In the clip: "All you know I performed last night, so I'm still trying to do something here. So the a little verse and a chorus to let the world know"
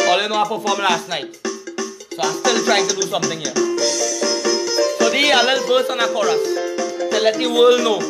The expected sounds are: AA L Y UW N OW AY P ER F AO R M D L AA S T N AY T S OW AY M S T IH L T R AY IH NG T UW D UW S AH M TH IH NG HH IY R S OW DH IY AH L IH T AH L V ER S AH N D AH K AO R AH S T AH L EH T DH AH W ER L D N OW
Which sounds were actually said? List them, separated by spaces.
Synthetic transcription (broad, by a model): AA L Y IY N OW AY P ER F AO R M L AA S T N AY T S OW AY M S T IH L T R AY IH NG T UW D UW S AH M T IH NG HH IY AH S OW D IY AH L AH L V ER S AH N AH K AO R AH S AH L EH T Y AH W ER L N OW